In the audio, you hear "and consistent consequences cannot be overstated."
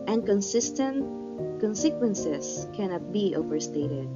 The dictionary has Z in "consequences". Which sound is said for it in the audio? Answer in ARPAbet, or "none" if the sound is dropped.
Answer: S